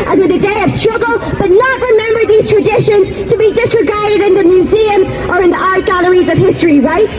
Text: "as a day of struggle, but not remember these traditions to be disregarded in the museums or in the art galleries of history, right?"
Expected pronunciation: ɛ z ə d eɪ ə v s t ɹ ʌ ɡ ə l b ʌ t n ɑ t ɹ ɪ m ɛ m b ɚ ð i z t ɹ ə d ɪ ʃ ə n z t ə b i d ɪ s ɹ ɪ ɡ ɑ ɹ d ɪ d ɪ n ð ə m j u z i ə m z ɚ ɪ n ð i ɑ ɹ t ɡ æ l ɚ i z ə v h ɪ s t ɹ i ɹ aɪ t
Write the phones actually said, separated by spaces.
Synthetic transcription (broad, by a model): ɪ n ə d eɪ ə v s t ɹ ʌ ɡ ə l b ʌ t n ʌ t ɹ ɪ m ɛ m b ɚ ð i z t ɹ ə d ɪ ʃ ə n z t ə b i d ɪ s ɹ ɪ ɡ ɑ ɹ d ɪ d ɪ n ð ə m j u z i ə m z ɚ ɪ n ð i ɑ ɹ t ɡ æ l ɚ i z ə v h ɪ s t ɹ i ɹ aɪ t